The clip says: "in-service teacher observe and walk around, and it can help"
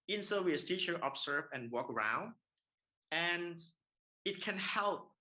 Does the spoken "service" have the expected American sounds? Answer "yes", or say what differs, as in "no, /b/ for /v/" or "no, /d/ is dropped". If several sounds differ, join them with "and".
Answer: no, /w/ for /v/